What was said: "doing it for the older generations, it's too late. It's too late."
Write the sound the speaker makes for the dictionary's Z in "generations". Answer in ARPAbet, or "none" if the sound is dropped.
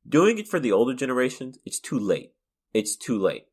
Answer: Z